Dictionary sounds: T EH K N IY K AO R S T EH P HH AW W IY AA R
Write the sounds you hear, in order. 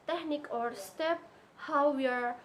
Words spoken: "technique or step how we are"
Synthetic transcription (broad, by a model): T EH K N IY K AO R S T EH P HH AW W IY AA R